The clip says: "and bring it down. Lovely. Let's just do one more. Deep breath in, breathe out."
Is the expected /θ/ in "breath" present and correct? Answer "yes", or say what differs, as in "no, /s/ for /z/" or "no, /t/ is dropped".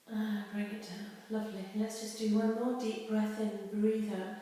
yes